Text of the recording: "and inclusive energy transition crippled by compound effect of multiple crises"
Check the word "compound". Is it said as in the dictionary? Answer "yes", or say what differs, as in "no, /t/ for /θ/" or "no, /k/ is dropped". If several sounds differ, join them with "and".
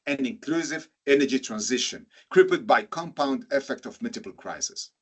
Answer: yes